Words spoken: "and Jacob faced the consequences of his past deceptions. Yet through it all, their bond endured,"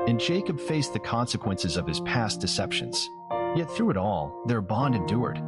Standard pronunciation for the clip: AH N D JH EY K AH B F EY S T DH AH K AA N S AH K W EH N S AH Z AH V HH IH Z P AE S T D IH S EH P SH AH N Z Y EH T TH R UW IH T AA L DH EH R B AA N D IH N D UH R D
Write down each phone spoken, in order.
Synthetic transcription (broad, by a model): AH N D JH EY K AH B F EY S DH AH K AA N S AH K W EH N S AH Z AH V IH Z P AE S D IH S EH P SH AH N Z Y EH T TH R UW IH T AA L DH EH R B AA N D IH N D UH R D